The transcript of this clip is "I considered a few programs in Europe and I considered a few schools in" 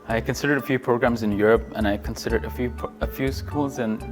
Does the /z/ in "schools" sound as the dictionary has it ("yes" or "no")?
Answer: yes